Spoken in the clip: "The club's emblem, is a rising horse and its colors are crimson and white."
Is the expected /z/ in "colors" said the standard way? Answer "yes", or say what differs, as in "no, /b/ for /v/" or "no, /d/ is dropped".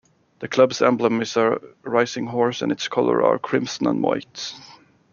no, /z/ is dropped